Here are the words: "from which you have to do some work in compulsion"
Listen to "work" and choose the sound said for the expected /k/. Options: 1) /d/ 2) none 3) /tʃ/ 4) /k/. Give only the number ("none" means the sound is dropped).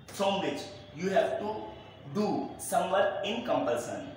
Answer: 2